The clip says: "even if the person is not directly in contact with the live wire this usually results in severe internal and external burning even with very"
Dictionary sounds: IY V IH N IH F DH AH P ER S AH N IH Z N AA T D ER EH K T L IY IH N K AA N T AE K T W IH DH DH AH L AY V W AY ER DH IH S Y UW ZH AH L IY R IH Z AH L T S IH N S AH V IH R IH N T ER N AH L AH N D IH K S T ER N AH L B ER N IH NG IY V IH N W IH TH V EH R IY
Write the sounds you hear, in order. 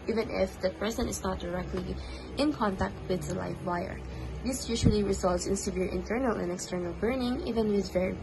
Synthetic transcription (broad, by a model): IY V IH N IH F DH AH P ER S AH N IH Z N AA T D ER EH K T L IY IH N K AA N T AE K T W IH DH DH AH L AY F W AY ER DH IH S Y UW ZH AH L IY R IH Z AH L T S IH N S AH V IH R IH N T ER N AH L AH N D IH K S T ER N AH L B ER N IH NG IY V IH N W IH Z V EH R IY